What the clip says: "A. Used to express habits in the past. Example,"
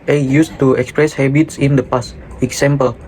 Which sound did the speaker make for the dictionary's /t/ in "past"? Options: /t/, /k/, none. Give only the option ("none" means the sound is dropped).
none